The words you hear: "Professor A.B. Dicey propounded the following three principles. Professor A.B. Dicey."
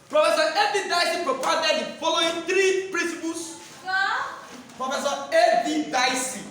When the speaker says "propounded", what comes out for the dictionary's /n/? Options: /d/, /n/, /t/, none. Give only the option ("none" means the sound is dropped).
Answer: none